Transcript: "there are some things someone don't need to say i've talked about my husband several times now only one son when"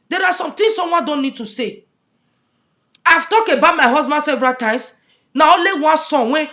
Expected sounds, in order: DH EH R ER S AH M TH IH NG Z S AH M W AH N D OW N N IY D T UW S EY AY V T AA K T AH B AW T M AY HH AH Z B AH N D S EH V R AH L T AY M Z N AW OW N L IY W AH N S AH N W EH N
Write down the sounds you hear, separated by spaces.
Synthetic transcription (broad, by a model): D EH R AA S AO M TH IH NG S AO M W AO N D OW N N IY D T UW S EY AY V T AA K AH B AW T M AY HH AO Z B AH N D S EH V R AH T AY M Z N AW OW L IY W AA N S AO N W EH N